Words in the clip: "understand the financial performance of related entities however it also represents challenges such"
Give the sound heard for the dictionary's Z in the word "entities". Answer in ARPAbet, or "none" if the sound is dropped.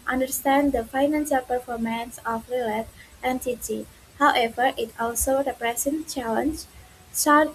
none